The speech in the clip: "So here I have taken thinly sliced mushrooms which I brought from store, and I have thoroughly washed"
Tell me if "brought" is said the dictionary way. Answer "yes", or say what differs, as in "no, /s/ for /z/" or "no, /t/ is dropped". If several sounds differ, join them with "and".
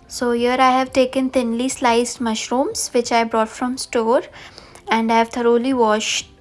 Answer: yes